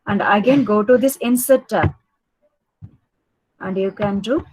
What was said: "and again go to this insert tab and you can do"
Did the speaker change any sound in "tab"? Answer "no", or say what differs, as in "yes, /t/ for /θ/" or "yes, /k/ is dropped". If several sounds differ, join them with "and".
yes, /b/ is dropped